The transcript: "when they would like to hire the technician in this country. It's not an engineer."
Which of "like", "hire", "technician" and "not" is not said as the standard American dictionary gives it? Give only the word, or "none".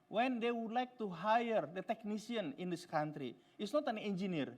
technician